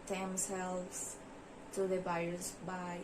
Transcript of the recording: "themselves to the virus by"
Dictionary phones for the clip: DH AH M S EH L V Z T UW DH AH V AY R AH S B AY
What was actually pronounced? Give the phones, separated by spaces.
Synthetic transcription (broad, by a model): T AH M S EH L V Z T UW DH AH B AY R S B AY